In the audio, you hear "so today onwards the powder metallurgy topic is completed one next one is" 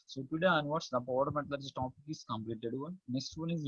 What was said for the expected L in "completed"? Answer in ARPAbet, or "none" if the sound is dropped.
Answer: L